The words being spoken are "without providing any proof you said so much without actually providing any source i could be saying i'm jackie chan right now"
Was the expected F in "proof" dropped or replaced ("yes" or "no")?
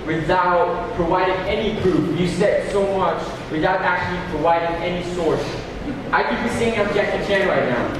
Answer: yes